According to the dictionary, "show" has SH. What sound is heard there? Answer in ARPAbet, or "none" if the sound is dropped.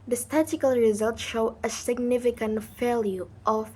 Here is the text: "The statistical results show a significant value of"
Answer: SH